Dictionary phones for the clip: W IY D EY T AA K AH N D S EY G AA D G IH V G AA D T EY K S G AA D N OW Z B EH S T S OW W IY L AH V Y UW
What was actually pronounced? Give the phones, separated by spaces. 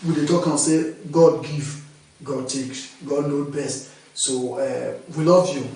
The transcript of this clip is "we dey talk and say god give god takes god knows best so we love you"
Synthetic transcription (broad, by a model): W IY D EY T AA K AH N S EY G AA D G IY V G AA D T EY K S G AA D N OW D B EH S T S OW W IY L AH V Y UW